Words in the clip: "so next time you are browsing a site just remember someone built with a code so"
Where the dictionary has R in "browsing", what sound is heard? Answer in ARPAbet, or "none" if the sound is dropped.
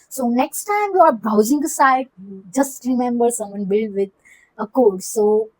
none